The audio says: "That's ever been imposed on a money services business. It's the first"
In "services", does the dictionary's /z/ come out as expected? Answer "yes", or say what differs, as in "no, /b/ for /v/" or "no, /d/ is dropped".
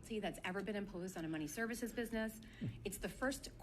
yes